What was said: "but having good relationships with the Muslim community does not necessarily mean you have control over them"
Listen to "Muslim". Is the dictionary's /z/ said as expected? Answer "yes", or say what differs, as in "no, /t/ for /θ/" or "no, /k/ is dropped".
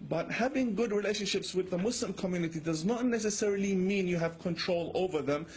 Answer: no, /s/ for /z/